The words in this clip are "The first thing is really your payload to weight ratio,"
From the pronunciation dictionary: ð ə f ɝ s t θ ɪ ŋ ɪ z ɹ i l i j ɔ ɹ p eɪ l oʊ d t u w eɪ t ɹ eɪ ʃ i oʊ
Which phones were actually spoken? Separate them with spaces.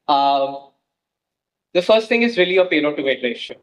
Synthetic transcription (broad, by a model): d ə f ɝ s t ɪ ŋ ɪ z ɹ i l i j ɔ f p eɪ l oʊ t u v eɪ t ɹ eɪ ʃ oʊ